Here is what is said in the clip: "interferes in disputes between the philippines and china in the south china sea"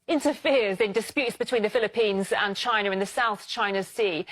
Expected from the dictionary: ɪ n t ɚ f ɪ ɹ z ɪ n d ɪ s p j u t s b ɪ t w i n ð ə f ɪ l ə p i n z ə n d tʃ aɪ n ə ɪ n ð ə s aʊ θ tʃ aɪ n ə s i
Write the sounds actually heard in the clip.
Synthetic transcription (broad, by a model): ɪ n t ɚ f ɪ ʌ z ɪ n d ɪ s p j u t s b ɪ t w i n ð ə f ɪ l ə p i n z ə n tʃ aɪ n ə ɪ n ð ə s aʊ θ tʃ aɪ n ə s i